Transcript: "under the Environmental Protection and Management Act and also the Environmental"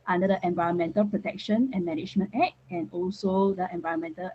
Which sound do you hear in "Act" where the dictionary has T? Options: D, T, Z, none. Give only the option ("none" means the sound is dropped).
none